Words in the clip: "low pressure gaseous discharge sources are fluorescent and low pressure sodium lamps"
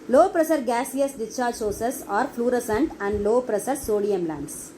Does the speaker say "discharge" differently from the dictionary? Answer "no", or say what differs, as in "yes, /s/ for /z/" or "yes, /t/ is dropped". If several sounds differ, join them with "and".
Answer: yes, /s/ is dropped